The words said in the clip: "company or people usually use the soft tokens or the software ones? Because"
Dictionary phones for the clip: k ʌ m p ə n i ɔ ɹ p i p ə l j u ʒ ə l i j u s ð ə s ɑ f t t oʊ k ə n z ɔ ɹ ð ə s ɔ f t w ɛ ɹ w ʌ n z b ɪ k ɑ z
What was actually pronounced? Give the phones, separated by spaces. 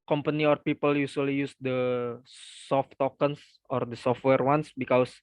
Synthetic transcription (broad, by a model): k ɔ m p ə n i ɔ ɹ p i p ə l j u s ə l i j u s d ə s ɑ f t t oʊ k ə n s ɔ ɹ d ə s ɔ f t w ɛ ɹ w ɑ n s b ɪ k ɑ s